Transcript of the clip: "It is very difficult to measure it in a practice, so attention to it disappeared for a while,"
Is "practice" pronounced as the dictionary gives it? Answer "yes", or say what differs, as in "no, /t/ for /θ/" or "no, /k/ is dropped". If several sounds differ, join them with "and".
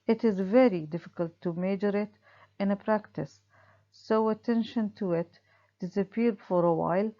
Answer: yes